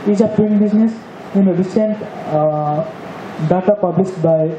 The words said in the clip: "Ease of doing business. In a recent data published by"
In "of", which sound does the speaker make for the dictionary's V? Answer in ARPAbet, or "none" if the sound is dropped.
P